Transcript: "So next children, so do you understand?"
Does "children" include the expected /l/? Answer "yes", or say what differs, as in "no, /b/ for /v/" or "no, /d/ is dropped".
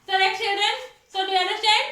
yes